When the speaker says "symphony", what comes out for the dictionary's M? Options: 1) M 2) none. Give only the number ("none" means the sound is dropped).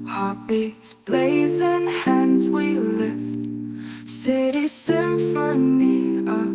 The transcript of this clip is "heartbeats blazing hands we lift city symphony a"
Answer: 2